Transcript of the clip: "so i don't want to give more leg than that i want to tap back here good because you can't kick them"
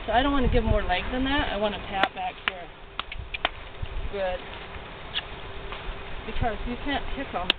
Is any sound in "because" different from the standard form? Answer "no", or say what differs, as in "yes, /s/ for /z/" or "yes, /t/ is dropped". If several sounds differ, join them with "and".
no